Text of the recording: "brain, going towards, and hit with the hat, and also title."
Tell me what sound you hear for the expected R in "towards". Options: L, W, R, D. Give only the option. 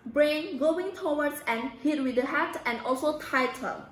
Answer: W